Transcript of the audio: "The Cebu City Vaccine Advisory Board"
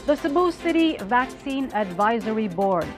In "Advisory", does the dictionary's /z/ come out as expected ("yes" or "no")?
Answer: yes